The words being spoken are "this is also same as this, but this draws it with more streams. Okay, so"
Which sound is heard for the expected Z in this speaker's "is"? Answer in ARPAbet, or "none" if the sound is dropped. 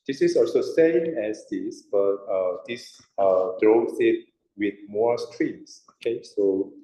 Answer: S